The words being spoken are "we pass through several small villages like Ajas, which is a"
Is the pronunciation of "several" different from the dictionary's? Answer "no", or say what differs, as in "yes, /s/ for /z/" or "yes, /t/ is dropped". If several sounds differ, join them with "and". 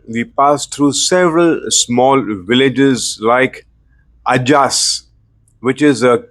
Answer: no